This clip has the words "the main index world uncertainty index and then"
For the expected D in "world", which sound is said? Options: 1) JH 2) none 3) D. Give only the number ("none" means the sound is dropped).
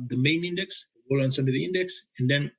2